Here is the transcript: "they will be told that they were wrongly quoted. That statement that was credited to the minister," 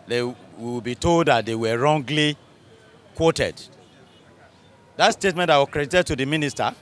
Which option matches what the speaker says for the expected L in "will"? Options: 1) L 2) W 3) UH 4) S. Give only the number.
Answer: 2